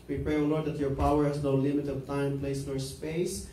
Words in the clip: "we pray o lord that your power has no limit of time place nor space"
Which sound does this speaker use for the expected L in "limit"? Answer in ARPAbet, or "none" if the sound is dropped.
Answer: L